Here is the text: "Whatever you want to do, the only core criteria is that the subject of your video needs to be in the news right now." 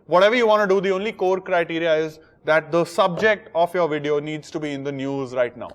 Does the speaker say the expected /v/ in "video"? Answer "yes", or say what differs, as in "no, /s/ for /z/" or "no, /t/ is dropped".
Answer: yes